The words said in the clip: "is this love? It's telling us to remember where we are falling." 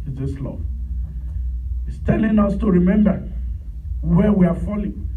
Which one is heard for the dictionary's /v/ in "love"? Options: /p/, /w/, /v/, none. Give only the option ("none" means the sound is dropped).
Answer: none